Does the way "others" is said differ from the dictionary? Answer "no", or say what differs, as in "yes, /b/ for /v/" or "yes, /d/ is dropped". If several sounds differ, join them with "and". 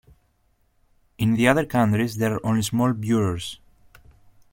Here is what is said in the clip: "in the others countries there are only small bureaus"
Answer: yes, /z/ is dropped